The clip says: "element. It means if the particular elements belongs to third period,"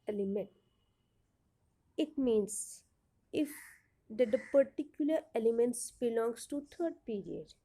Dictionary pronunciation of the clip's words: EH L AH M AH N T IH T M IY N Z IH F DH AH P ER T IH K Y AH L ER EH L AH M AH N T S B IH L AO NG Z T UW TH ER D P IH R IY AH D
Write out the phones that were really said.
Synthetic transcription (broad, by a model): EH L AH M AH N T IH T M IY N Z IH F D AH P ER T IH K Y AH L ER EH L AH M AH N T S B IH L AO NG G T UW T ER D P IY R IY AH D